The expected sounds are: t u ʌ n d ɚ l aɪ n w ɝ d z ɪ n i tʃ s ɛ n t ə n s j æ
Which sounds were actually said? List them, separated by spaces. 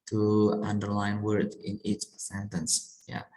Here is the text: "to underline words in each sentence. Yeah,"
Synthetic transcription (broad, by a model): t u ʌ n d ɚ l aɪ n w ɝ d ɪ n i tʃ s ɛ n t ə n s j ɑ